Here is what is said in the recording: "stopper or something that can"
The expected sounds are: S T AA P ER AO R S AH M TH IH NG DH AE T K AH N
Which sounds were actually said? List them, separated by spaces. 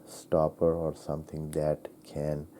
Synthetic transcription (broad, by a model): S T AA P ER AO R S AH M T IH NG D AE T K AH N